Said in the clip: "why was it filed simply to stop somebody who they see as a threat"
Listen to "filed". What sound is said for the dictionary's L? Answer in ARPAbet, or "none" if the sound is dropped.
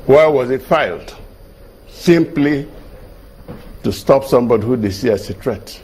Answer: L